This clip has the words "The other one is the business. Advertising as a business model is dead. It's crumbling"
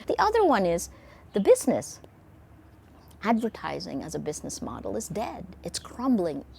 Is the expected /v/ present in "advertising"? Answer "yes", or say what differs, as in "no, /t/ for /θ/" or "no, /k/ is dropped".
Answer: yes